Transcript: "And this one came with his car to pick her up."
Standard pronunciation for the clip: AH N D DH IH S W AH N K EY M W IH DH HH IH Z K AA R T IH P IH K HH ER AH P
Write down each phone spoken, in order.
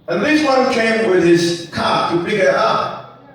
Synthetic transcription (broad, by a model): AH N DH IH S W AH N K EY M W IH DH IH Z K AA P T IH B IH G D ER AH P